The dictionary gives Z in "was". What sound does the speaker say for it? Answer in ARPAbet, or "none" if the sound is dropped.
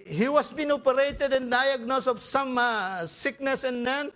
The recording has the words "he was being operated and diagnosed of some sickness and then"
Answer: S